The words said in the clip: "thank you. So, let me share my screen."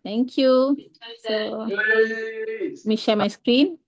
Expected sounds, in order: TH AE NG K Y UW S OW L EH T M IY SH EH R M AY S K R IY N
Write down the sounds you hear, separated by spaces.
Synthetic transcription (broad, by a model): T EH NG K Y UW S OW M IY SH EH L M AY S K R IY N